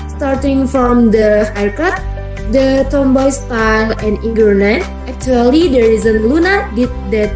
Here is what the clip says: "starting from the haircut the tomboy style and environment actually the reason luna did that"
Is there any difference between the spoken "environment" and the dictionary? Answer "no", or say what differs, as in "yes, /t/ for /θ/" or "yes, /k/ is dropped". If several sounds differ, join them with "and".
yes, /m/ is dropped